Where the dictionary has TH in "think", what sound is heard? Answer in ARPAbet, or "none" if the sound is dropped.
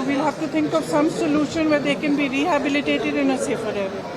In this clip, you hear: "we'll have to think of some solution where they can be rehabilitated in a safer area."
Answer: T